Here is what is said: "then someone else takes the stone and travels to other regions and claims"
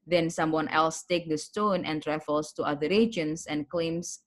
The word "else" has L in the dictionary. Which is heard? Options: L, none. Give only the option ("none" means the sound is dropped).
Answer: L